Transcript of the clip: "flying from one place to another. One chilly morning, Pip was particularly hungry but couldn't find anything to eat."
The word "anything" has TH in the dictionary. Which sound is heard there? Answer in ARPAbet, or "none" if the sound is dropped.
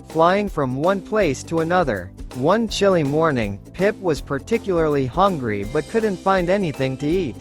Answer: TH